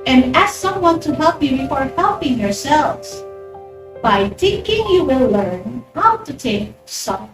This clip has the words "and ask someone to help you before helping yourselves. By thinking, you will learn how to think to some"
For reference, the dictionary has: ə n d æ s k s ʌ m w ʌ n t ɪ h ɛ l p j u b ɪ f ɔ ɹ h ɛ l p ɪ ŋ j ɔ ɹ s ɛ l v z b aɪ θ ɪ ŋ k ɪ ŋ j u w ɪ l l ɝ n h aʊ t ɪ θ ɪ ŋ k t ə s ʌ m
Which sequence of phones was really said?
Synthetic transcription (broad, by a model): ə n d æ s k s ʌ m w ʌ n t ɪ h ɛ l p j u b ɪ f ɔ ɹ h ɛ l p ɪ ŋ j ɔ ɹ s ɛ l v z b aɪ t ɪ k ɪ ŋ j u w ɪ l l ɝ n h aʊ t ɪ t ɪ k s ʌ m